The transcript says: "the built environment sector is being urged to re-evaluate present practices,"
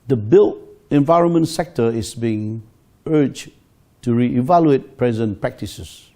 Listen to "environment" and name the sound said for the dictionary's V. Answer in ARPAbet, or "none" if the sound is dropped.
V